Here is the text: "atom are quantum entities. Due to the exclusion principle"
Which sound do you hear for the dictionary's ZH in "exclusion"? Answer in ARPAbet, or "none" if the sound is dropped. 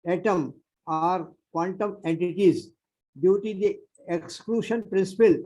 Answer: SH